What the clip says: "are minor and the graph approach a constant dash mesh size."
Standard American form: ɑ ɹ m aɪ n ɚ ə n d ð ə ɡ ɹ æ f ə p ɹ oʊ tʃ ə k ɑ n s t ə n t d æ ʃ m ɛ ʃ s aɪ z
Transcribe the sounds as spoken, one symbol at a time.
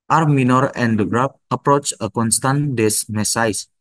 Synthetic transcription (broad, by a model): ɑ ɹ m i n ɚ ə n d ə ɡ ɹ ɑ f ə p ɹ oʊ tʃ ə k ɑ n s t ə n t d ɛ s m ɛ s aɪ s